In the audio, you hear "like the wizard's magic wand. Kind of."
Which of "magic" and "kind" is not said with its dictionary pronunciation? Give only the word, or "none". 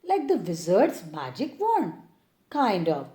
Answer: none